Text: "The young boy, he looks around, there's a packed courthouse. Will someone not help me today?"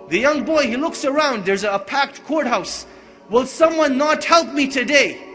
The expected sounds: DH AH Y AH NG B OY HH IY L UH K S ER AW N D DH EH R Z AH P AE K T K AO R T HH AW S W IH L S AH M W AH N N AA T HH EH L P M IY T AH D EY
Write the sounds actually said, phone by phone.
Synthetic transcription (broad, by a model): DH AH Y AH NG B OY HH IY L UH K S ER AW N D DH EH R Z AH P AE K T K AO R T HH AW S W IH L S AH M W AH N N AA T HH EH L P M IY T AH D EY